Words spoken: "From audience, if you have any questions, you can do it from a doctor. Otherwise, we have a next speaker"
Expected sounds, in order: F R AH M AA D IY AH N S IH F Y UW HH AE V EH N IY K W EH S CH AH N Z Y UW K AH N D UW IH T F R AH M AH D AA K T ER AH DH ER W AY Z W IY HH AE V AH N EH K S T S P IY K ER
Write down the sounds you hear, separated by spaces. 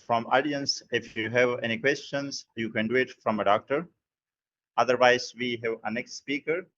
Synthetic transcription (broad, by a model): F R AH M AA D IY AH N S IH F Y UW HH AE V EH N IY K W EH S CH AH N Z Y UW K AH N D UW IH T F R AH M AH D AA K T ER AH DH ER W AY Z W IY HH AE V AH N EH K S T S P IY K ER